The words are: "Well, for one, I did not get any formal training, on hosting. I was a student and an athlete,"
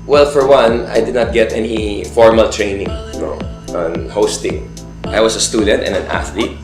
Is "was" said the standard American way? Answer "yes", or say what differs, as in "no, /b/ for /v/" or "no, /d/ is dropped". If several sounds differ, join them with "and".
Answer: no, /s/ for /z/